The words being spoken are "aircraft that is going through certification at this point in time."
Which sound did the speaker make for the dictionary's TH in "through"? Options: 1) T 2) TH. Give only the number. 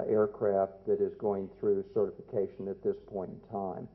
2